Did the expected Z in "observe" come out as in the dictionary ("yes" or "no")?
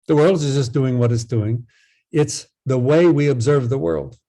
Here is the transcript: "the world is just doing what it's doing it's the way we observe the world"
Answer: yes